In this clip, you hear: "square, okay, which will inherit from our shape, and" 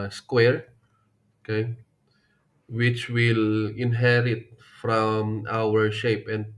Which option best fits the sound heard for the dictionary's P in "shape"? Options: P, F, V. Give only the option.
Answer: P